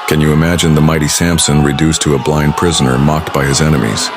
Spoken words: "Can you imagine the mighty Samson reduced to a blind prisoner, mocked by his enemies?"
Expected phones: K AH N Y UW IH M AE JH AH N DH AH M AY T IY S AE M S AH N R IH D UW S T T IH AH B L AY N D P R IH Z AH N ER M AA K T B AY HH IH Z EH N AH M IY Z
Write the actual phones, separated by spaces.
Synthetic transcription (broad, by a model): K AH N Y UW IH M AE JH AH N DH AH M AY T IY S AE M S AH N R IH D UW S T T IH AH B L AY N D P R IH Z AH N ER M AA K T B AY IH Z EH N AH M IY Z